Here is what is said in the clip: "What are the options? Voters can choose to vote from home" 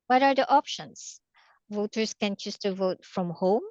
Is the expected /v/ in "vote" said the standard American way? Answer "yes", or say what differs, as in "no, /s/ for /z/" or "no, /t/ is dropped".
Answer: yes